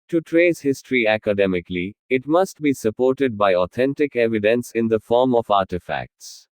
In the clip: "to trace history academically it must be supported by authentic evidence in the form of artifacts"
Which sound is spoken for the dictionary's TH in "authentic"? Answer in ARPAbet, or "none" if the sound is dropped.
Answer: T